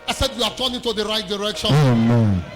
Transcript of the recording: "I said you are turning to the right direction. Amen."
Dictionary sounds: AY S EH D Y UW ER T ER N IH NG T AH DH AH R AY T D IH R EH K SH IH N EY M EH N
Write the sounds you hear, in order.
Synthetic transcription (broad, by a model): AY S EH D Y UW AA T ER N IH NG T AH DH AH R AY T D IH R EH K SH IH EY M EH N